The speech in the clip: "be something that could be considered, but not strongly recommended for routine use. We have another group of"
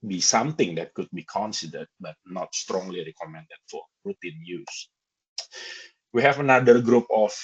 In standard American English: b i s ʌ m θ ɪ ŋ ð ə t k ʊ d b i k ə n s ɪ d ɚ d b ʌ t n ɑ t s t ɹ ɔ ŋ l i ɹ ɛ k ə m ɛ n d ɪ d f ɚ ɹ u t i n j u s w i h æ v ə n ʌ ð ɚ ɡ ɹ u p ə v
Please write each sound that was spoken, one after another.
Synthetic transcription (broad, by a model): b i s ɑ m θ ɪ ŋ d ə t k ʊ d b i k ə n s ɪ d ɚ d b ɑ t n ɑ t s t ɹ ɔ ŋ l i ɹ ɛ k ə m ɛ n d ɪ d f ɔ ɹ u t i n j u s w i h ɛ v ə n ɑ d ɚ ɡ ɹ u p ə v